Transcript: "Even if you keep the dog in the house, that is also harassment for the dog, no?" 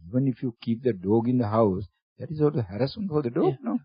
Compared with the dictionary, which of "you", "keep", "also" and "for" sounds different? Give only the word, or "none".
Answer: also